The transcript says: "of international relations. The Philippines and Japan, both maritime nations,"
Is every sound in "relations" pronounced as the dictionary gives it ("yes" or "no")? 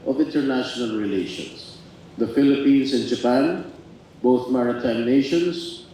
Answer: no